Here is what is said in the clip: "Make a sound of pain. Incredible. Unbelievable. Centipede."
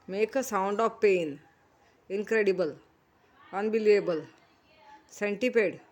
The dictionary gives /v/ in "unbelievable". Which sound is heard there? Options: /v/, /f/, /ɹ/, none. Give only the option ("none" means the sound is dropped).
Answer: none